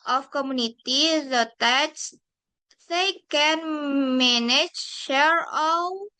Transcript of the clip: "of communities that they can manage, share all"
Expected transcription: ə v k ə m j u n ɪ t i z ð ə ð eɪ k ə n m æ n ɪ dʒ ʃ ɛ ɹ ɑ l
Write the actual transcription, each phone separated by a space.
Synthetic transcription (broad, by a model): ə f k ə m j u n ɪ t i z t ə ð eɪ k ə n m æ n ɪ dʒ ʃ ɛ ɹ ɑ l